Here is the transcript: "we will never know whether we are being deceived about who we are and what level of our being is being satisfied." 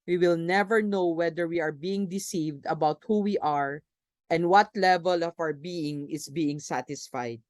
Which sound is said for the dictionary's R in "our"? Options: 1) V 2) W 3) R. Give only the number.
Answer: 2